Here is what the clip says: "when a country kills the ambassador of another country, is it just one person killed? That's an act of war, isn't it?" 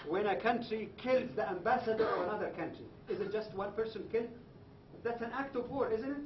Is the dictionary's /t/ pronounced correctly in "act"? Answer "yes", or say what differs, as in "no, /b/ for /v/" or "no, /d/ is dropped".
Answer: yes